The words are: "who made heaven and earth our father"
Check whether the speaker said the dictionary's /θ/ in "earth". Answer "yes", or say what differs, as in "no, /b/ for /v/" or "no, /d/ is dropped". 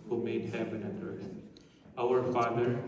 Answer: no, /s/ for /θ/